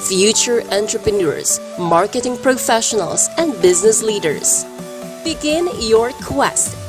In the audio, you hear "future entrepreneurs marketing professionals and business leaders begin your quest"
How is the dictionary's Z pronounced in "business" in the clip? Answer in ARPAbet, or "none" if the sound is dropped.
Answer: Z